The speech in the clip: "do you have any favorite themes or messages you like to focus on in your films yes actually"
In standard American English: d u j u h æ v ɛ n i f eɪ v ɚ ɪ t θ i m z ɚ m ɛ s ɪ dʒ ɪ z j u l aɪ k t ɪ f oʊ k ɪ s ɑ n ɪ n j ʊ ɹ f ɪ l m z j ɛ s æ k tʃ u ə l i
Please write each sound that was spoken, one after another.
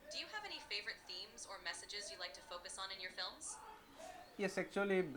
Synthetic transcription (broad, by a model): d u j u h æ v ɛ n i f eɪ v ɚ ɪ t θ i m z ɚ m ɛ s ɪ dʒ ɪ z j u l aɪ k t ɪ f oʊ k ɪ s n ɪ n j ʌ ɹ f ɪ l m z j ɛ s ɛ k tʃ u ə l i